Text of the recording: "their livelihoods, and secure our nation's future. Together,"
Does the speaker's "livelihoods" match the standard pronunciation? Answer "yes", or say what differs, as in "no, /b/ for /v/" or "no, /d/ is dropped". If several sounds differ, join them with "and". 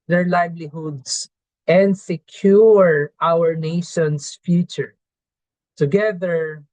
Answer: no, /s/ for /z/